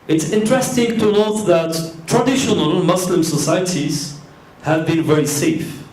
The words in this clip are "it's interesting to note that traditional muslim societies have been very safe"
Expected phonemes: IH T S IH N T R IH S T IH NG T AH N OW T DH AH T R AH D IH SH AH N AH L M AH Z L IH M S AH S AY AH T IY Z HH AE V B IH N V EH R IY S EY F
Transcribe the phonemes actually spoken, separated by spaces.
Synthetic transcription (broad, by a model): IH T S IH N T R IH S T IH NG T AH N OW T DH AH T R AH D IH SH AH N AH L M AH S L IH M S AH S AY AH T IY Z HH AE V B IH N V EH R IY S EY F